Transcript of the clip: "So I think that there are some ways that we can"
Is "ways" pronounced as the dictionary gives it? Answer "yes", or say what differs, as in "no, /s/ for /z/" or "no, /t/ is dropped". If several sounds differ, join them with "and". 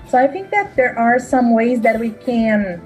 yes